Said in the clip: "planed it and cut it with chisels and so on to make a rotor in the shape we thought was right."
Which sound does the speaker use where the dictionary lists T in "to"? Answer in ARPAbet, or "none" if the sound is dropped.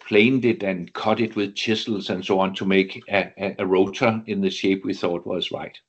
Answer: S